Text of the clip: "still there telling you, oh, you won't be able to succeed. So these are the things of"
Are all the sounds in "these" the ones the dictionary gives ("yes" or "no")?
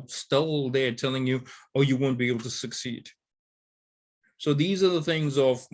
yes